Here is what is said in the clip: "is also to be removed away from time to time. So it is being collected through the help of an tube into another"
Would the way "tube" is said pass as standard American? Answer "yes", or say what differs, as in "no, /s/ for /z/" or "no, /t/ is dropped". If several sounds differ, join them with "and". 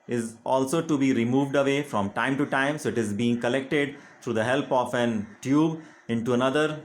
yes